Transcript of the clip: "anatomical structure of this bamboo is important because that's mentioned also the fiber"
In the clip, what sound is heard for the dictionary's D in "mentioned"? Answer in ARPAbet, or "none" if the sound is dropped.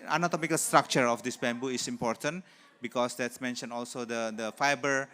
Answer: none